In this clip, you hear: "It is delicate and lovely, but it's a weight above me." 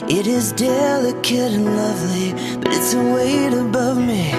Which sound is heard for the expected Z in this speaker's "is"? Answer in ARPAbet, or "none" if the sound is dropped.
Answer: Z